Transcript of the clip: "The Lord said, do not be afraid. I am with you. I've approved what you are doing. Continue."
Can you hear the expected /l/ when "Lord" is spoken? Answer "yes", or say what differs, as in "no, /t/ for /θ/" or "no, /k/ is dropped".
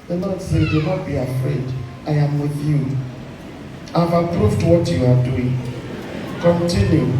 no, /n/ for /l/